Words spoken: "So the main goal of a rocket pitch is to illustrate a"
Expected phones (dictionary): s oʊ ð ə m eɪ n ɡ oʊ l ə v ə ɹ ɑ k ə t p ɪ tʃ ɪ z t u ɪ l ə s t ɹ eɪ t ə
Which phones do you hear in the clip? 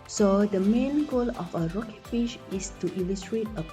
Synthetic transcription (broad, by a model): s oʊ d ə m eɪ n ɡ oʊ l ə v ə ɹ ɑ k ə t f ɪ ʃ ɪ s t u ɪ l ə s t ɹ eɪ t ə